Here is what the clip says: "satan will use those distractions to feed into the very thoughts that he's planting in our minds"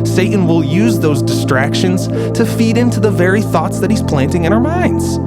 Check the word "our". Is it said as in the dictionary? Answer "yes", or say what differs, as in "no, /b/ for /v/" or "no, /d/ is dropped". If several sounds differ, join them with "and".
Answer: yes